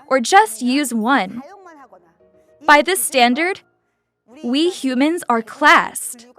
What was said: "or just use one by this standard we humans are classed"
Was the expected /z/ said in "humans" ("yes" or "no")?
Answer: yes